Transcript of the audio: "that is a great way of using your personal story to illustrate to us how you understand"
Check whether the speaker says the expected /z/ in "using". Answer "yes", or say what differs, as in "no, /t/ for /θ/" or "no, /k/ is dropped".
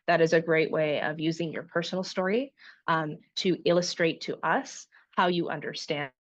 yes